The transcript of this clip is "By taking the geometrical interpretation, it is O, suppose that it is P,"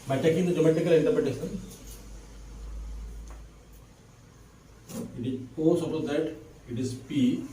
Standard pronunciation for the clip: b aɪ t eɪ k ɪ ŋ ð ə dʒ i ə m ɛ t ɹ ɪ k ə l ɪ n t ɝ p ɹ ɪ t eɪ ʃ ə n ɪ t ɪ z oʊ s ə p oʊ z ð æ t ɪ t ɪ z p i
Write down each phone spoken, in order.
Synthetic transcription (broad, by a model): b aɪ t eɪ k ɪ ŋ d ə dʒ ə m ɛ t ɪ k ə l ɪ n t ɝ p ɹ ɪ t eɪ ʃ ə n ɪ t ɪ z oʊ s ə p oʊ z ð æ t ɪ t ɪ z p i